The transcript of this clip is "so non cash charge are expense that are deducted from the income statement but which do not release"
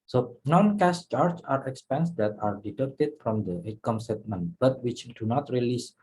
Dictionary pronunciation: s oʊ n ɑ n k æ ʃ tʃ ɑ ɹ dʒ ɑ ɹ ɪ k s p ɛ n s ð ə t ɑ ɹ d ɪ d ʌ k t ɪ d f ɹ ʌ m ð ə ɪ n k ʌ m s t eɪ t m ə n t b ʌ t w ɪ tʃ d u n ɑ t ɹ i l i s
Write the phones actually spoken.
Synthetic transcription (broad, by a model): s oʊ n ɑ n k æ s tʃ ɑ ɹ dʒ ɑ ɹ ɪ k s p ɛ n s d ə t ɑ ɹ d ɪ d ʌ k t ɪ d f ɹ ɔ m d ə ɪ k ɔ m s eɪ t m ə n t b ʌ t w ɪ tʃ d u n ɑ t ɹ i l i s